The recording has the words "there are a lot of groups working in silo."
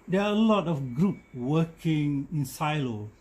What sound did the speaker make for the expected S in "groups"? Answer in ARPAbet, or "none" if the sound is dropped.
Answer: none